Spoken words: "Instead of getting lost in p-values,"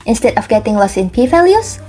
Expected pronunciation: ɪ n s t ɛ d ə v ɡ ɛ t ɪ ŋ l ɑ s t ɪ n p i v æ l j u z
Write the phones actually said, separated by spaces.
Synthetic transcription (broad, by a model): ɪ n s t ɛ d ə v ɡ ɛ t ɪ ŋ l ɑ s ɪ n p i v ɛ l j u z